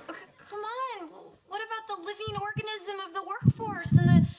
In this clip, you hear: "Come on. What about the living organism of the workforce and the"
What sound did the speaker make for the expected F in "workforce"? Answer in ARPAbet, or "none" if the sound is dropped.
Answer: F